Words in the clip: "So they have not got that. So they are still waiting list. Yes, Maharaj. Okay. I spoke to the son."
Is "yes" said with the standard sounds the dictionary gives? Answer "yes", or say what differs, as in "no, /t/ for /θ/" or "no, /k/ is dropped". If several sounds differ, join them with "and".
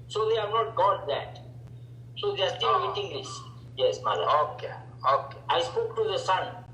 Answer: yes